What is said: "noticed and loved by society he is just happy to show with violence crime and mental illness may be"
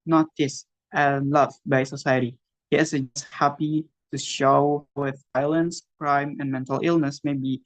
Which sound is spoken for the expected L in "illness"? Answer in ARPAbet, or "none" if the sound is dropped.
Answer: L